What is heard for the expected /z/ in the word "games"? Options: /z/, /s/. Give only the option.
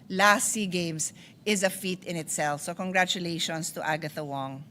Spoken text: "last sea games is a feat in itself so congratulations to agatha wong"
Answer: /s/